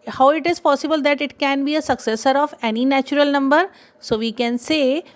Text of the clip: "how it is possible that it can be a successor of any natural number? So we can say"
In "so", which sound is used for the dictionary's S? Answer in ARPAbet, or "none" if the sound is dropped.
S